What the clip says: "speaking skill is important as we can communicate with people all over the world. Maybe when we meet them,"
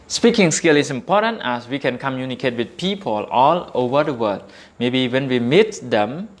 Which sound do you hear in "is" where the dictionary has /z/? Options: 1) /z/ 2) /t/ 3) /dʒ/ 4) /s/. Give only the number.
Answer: 4